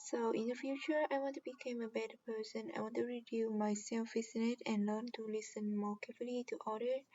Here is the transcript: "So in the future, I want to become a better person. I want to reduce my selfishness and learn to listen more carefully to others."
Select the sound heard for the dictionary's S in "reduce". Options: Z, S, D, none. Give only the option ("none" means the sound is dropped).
none